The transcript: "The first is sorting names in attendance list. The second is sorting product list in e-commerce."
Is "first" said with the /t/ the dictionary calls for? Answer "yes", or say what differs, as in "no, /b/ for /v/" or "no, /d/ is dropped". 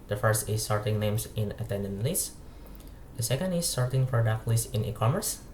yes